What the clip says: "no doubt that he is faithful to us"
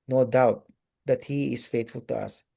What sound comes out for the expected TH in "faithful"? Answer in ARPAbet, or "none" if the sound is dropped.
T